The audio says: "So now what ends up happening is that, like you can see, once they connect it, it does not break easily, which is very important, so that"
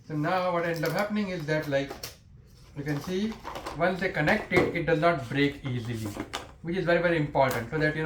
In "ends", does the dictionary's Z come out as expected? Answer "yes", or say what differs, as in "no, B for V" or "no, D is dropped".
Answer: no, Z is dropped